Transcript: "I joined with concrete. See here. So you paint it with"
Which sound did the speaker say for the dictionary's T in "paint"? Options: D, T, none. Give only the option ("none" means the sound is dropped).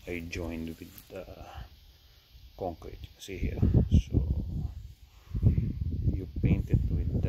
T